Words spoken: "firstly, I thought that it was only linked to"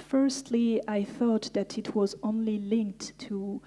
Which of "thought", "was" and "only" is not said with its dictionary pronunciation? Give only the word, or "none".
none